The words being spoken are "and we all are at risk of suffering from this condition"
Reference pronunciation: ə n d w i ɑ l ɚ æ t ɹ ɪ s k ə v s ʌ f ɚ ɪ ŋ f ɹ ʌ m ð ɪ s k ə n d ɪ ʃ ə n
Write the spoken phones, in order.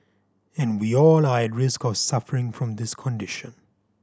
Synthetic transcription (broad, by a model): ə n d w i ɑ l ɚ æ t ɹ ɪ s k ə v s ʌ f ɚ ɪ ŋ f ɹ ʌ m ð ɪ s k ə n d ɪ ʃ ə n